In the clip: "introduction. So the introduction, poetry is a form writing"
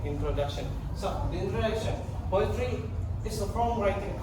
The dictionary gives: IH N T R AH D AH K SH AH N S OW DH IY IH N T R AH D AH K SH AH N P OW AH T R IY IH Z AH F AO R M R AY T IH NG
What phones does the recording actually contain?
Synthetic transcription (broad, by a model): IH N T R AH D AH K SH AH N S OW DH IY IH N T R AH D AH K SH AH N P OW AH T R IY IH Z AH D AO L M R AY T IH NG